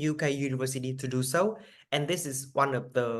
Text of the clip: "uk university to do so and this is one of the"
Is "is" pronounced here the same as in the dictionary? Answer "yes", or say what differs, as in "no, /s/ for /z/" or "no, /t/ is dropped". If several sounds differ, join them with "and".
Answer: no, /s/ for /z/